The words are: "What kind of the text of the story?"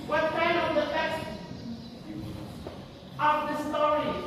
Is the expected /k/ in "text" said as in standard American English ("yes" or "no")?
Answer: no